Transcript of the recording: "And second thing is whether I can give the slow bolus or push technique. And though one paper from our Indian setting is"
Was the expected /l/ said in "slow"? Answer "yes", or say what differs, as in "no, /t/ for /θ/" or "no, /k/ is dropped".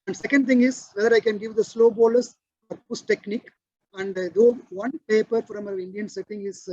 yes